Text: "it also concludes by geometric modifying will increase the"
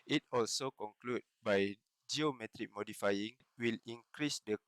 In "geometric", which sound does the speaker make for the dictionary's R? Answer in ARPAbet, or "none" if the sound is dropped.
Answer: R